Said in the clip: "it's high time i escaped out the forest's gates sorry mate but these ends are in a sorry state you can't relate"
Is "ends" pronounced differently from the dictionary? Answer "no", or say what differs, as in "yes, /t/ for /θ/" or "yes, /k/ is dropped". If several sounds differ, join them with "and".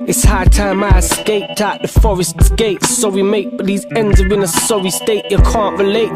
no